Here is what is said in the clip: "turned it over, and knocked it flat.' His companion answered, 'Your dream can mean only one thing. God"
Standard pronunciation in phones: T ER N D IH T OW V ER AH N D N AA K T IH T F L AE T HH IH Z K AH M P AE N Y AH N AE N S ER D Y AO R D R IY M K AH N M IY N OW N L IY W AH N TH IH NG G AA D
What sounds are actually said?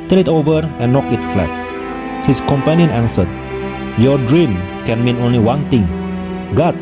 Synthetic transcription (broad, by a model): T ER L IH T OW V ER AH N N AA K IH T F L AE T HH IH S K AH M P AE N Y AH N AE N S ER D Y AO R D R IY M K AH N M IY N OW N L IY W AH N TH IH NG G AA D